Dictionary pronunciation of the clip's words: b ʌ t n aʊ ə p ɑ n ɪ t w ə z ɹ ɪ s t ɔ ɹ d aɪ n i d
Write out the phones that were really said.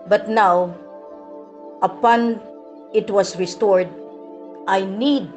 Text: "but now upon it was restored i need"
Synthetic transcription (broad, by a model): b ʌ t n aʊ ə p ɑ n ɪ t w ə s ɹ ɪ s t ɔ ɹ d aɪ n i d